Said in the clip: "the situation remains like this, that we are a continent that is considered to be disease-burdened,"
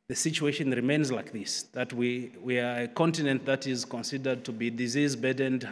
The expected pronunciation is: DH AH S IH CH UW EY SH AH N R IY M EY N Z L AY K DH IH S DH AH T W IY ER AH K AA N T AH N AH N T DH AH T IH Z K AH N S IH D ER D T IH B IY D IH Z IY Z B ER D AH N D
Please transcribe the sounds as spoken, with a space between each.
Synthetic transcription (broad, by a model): DH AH S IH CH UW EY SH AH N R IY M EY N Z L AY K DH IH S DH AH T W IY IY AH K AA N T AH N AH N T DH AH T IH Z K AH N S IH D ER D T IH B IY D IH Z IY Z B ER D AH N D